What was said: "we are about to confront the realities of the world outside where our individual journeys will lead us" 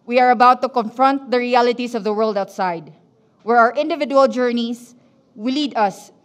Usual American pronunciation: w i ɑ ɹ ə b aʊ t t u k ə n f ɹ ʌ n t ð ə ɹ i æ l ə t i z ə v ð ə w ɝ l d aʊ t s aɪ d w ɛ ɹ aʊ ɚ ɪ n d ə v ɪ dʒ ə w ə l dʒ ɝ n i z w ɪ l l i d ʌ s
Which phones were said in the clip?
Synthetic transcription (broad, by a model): w i ɑ ɹ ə b aʊ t t u k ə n f ɹ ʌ n t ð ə ɹ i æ l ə t i s ə v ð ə w ɝ l d aʊ t s aɪ d w ɛ ɹ aʊ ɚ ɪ n d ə v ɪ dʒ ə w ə l dʒ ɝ n i s w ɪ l l i d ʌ s